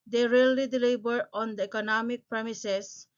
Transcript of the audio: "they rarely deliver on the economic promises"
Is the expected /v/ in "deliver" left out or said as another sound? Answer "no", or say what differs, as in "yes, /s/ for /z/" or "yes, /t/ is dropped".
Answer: yes, /b/ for /v/